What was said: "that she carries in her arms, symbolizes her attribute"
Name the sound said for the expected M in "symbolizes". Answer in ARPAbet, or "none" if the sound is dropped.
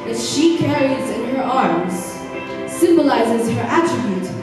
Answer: M